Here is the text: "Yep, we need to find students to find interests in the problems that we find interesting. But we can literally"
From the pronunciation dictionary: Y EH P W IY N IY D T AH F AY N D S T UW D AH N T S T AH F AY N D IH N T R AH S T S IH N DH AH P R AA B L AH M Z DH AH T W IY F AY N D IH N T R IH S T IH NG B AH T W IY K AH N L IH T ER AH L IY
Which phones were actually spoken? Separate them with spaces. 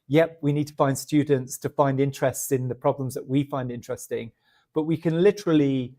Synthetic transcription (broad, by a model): Y EH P W IY N IY D T AH F AY N D S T UW D N T S T AH F AY N D IH N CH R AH S T S IH N DH AH P R AA B L AH M Z DH AH T W IY F AY N D IH N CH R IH S T IH NG B AH T W IY K AH N L IH T ER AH L IY